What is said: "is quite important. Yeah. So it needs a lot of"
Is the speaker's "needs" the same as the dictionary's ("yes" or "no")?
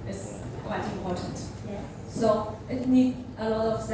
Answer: no